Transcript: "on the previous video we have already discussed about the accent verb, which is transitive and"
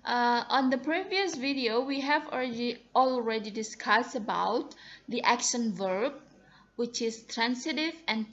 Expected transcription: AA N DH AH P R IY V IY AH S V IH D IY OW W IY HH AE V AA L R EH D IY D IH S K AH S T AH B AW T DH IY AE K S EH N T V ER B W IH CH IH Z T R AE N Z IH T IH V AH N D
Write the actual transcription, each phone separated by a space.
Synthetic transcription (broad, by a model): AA N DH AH P R IY V IY AH S V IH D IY OW W IY HH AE V AA L R EH D IY D IH S K AH S T AH B AW T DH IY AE K SH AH N V ER B W IH CH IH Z T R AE N S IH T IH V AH N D